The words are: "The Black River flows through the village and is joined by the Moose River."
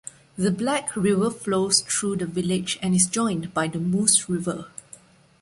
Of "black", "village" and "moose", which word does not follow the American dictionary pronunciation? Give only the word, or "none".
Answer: none